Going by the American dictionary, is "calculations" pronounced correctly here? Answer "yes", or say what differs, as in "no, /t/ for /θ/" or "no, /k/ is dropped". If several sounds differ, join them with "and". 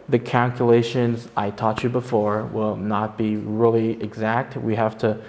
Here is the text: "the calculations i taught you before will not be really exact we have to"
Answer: yes